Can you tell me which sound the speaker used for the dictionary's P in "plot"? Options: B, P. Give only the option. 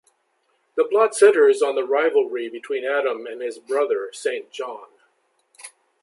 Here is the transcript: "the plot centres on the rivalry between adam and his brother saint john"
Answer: B